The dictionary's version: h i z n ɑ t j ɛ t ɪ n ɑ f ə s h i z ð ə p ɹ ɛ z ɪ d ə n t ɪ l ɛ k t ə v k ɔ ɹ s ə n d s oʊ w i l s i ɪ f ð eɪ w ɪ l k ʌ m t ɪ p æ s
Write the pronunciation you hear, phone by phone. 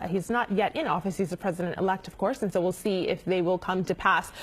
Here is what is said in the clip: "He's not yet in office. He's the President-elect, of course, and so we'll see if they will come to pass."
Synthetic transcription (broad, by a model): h i z n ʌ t j ɛ t ɪ n ɑ f ə s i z ð ə p ɹ ɛ z ɪ d ə n t ɪ l ɛ k t ə v k ɔ ɹ s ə n s oʊ w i l s i ɪ f ð eɪ w ɪ l k ʌ m t ɪ p æ s